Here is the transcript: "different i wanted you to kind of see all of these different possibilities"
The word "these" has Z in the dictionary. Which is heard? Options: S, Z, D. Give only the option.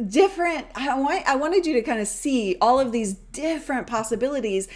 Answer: Z